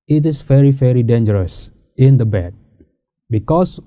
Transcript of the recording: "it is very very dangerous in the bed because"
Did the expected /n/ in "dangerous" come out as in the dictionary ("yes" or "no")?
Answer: yes